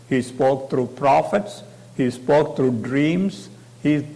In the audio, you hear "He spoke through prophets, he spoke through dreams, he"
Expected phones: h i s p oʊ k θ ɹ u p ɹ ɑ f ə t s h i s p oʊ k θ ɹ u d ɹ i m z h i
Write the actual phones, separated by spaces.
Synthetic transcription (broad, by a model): h i s p oʊ k t ɹ u p ɹ ɑ f ə t s h i s p oʊ k t ɹ u d ɹ i m s h i